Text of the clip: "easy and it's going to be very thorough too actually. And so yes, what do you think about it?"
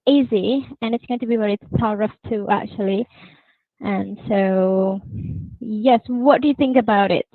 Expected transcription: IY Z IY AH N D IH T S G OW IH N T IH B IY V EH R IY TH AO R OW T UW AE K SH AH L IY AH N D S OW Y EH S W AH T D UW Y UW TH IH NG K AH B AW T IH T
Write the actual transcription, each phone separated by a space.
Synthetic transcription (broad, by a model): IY Z IY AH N IH T S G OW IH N T IH B IY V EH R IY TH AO R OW T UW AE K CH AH L IY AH N S OW Y EH S W AH T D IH Y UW TH IH NG K AH B AW T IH T